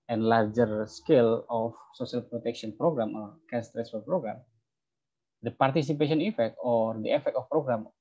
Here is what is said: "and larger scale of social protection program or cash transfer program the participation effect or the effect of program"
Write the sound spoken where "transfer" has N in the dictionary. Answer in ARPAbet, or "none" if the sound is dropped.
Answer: none